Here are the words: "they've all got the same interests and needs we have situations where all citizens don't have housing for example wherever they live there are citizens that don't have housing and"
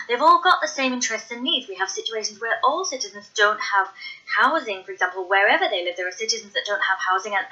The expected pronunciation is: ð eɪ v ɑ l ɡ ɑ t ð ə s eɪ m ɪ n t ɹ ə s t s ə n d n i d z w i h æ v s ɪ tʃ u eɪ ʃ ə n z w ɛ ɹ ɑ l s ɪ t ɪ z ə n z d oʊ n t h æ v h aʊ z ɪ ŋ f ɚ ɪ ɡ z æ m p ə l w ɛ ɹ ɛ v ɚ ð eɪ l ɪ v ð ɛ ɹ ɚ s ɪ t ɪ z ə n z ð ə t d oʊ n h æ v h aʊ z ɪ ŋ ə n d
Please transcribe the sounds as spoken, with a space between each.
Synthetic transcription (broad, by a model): ð eɪ v ɑ l ɡ ɑ t ð ə s eɪ m ɪ n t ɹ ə s t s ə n n i d z w i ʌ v s ɪ tʃ u eɪ ʃ ə n z w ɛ ɹ ɑ l s ɪ t ɪ z ə n z d oʊ n t h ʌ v h aʊ z ɪ ŋ f ɚ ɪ ɡ z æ m p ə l w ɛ ɹ ɛ v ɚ ð eɪ l ɪ v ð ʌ ɹ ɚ s ɪ t ɪ z ə n z ð ə t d oʊ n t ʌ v h aʊ z ɪ ŋ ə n